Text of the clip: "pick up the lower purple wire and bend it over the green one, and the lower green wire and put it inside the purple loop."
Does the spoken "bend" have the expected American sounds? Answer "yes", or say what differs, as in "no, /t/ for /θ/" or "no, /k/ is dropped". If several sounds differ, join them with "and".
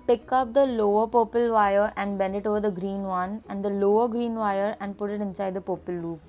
yes